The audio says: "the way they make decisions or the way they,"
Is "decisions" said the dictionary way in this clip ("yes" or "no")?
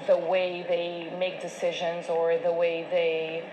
yes